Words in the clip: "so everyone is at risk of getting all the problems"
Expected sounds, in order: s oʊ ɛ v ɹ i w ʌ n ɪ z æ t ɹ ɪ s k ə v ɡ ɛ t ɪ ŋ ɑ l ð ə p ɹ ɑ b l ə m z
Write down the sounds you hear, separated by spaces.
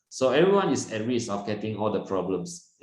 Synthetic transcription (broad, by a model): s oʊ ɛ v ɹ i w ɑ n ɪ s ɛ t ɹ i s ə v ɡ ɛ t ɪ ŋ ɑ l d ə p ɹ ɑ b l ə m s